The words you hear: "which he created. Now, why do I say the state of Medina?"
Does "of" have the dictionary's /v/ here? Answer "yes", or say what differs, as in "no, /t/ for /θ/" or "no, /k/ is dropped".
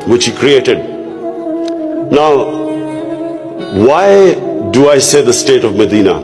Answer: yes